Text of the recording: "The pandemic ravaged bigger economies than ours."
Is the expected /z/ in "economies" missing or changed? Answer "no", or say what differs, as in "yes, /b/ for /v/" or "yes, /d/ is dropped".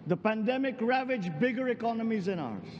no